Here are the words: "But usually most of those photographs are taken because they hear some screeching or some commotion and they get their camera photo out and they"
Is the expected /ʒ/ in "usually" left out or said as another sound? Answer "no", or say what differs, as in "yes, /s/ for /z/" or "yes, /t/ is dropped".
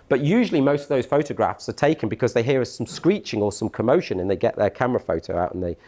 no